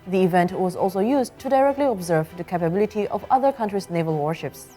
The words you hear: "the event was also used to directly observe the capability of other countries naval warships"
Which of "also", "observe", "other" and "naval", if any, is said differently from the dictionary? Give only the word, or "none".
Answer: none